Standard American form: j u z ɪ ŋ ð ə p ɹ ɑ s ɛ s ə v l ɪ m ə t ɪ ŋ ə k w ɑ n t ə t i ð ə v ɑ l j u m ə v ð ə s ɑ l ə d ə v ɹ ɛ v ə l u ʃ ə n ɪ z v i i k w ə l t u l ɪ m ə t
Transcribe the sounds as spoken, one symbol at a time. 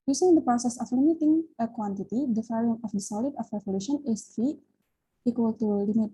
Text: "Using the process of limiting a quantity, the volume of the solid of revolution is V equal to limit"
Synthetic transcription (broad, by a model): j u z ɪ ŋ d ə p ɹ ɑ s ɛ s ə f l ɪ m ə t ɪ ŋ ə k w ɑ n t ə t i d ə f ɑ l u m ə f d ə s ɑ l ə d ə f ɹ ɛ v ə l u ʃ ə n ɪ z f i i k w ə l t u l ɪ m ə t